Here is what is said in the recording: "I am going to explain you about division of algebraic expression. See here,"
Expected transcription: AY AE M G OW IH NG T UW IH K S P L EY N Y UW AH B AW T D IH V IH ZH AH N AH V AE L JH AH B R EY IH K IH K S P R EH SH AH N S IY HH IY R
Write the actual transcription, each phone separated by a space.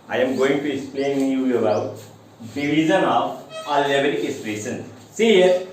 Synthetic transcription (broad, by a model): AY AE M G OW IH NG T UW IH K S P L EY N Y UW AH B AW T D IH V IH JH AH N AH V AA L AH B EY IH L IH S R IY S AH N S IY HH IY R